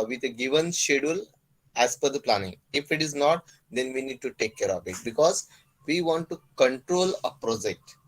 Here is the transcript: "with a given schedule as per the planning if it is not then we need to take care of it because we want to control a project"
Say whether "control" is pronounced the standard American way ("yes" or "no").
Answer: yes